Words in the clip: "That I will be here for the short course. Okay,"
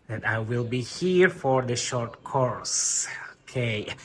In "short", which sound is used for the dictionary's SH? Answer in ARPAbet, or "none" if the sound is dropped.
SH